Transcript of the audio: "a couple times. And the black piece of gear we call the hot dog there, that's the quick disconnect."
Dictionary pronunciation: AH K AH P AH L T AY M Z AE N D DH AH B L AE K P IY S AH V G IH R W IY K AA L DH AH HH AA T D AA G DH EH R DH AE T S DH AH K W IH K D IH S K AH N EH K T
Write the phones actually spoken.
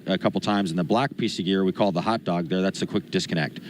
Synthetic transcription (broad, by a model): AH K AH P L T AY M Z N DH AH B L AE K P IY S AH V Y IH R W IY K AA L DH AH HH AA T D AA G DH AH R DH AE T S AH K W IH K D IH S K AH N EH K T